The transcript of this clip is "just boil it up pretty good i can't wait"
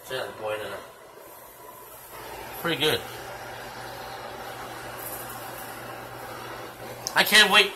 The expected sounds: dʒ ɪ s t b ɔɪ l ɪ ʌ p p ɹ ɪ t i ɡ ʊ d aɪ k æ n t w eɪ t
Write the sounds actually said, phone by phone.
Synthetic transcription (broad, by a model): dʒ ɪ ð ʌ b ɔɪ n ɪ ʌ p p ɹ ɪ t i ɡ ʊ d aɪ k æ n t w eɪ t